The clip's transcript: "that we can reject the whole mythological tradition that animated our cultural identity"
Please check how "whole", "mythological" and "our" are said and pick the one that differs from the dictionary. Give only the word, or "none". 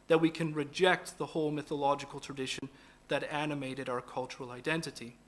none